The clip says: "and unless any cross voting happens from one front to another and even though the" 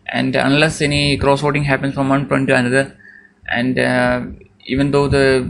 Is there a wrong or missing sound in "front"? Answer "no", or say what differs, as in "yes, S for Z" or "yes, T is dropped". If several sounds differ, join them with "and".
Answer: yes, P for F